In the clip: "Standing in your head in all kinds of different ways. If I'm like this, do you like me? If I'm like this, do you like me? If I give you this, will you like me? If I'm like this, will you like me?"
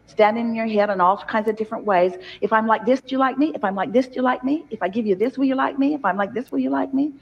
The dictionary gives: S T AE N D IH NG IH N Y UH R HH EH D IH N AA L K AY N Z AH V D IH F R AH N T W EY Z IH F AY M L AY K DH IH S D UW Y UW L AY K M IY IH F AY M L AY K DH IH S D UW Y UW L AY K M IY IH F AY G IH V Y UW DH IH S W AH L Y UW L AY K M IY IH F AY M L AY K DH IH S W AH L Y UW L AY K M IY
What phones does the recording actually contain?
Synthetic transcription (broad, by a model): S T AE N D IH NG IH N Y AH R HH EH D IH N AA L K AY N Z AH V D IH F R AH N T W EY Z IH F AY M L AY K DH IH S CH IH L AY K M IY IH F AY M L AY K DH IH S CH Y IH L AY K M IY IH F AY G IH V Y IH DH IH S W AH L Y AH L AY K M IY IH F AY M L AY K DH IH S W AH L Y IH L AY K M IY